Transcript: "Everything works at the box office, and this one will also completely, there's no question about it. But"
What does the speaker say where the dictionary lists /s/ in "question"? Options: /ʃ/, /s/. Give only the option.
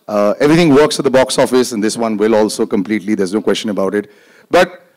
/s/